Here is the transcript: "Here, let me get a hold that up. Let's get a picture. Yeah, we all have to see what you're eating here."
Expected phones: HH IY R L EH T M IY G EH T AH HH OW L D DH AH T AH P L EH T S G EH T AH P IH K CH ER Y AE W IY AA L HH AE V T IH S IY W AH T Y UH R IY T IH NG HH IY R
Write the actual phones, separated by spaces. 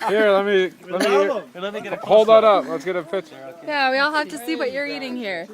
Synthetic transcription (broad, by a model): HH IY R L EH T M IY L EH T AH HH OW L D DH AH T AH P L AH T S G EH T AH F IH CH Y AE W IY AA L HH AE F T IH S IY W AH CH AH R IY T IH NG HH IY R